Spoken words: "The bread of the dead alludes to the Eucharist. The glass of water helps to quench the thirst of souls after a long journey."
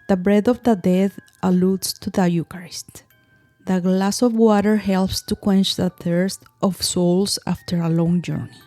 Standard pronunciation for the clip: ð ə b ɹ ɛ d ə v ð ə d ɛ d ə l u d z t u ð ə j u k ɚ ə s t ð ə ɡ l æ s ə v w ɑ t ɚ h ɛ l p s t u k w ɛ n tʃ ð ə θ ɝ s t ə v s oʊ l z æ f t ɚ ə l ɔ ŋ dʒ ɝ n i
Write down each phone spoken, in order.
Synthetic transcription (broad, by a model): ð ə b ɹ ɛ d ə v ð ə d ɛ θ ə l u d s t u ð ə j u k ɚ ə s t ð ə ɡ l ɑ s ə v w ɑ t ɚ h ɛ l p s t u k w ɛ n tʃ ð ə θ ɝ s t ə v s oʊ l s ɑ f t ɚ ə l ɔ ŋ dʒ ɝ n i